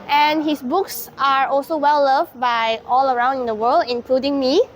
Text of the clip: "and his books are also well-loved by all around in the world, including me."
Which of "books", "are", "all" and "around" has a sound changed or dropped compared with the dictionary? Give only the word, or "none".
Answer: none